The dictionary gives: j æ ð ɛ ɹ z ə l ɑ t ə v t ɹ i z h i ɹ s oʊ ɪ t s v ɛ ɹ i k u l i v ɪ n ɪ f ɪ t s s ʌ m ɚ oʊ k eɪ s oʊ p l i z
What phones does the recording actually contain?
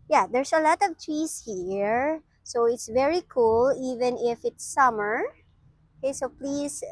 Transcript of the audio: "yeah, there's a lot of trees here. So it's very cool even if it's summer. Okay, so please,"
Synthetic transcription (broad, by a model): j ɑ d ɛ ɹ s ə l ɑ t ə v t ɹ i s h i ɹ s oʊ ɪ t s v ɛ ɹ i k u l i v ɪ n ɪ f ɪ t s s ʌ m ɚ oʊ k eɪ s oʊ p l i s